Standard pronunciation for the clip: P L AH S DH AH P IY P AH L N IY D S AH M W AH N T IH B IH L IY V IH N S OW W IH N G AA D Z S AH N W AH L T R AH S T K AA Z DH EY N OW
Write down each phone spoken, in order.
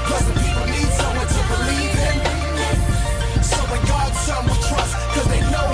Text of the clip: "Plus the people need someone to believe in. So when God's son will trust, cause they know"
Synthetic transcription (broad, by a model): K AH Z DH AH P IY P L N IY D S AH M W AH N T IH B IH L IY V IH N S OW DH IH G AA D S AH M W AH N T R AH S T K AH Z DH EY N OW